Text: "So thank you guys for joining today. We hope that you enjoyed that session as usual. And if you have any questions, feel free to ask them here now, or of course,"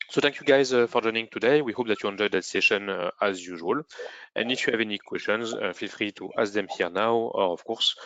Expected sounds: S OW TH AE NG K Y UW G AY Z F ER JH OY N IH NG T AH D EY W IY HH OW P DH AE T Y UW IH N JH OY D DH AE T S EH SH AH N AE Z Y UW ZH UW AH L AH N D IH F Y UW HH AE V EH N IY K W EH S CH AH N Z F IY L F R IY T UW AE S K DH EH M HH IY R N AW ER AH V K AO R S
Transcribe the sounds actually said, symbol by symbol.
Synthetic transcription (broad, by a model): S OW T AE NG K Y UW G AY Z F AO JH OY N IH NG T AH D EY W IY HH OW P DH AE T Y UW IH N JH OY D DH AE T S EH SH AH N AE Z Y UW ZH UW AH L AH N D IH F Y UW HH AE V EH N IY K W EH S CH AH N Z F IY L F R IY T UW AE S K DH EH M HH IY R N AW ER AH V K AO R S